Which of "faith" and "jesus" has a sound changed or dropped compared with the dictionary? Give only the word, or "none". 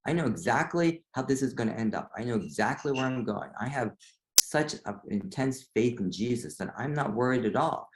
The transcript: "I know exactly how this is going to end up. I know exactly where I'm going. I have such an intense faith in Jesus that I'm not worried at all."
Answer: none